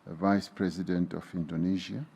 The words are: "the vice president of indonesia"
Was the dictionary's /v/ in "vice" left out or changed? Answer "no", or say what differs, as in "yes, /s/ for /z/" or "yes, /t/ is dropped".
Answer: no